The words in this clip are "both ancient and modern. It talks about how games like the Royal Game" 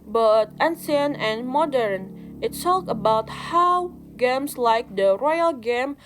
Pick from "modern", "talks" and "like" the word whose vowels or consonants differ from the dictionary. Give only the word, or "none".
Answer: talks